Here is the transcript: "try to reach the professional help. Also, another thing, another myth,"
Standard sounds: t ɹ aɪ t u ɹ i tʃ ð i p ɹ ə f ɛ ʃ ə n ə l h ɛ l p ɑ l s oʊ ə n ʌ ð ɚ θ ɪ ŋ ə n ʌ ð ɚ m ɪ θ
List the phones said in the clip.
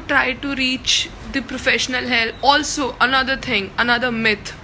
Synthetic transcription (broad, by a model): t ɹ aɪ t u ɹ i tʃ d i p ɹ ə f ɛ ʃ ə n ə l h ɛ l ɑ l s oʊ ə n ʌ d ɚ t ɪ ŋ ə n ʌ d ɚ m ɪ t